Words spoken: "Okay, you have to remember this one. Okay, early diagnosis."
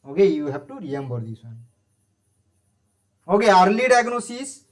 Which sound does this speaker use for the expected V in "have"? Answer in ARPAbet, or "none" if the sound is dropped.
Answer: B